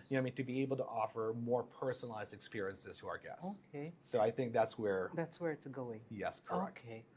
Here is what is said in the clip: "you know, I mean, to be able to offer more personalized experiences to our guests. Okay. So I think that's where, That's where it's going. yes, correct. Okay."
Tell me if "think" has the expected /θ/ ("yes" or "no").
yes